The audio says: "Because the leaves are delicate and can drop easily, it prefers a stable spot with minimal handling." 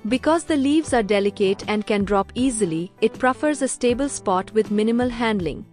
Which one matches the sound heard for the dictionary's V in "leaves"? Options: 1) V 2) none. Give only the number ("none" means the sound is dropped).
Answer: 1